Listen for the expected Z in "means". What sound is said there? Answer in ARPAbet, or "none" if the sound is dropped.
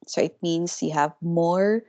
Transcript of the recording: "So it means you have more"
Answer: S